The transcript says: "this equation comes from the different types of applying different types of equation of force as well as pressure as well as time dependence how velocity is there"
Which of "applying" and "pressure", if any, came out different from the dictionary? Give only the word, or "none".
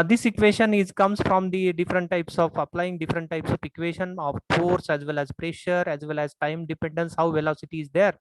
none